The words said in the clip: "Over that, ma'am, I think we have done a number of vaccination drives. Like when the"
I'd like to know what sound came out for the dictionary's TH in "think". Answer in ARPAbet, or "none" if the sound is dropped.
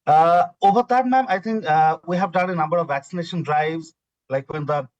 T